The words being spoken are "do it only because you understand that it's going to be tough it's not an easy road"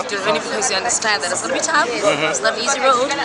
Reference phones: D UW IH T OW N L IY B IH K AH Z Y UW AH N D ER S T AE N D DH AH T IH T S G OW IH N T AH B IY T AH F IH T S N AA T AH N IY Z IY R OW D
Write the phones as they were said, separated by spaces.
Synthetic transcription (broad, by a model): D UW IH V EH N IY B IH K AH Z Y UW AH N D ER S T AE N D DH AH T IH T S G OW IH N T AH B IY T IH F IH T S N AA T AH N IY Z IY R OW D